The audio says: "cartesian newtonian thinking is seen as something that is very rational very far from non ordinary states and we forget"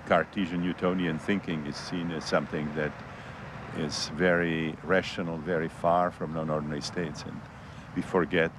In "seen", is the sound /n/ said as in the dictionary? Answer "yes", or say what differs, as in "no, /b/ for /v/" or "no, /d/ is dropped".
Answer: yes